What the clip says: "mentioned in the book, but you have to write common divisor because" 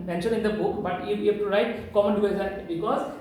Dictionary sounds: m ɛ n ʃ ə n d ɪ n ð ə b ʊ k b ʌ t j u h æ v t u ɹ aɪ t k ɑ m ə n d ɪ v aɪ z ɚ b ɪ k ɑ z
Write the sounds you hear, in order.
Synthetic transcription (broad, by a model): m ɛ n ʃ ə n ɪ n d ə b ʊ k b ʌ t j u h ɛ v t u ɹ aɪ t k ɑ m ə n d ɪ ɛ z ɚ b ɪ k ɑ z